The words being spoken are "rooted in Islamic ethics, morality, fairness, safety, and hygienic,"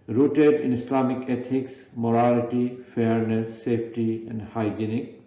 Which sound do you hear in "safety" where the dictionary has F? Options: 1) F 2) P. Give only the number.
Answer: 2